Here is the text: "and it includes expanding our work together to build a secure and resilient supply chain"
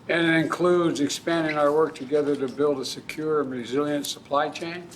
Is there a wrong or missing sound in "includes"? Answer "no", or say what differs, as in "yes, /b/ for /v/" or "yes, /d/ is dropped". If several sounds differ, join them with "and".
no